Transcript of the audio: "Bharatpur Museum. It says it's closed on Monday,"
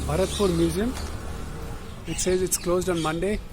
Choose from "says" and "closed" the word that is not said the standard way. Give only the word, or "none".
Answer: none